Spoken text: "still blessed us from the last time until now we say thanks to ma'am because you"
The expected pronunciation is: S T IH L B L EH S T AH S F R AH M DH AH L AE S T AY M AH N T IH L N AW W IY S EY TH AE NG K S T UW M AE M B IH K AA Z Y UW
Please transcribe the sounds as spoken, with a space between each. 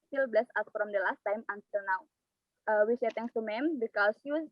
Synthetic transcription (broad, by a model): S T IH L B L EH S AA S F R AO M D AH L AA S T AY M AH N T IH L N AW W IY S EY T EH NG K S T UW M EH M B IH K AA S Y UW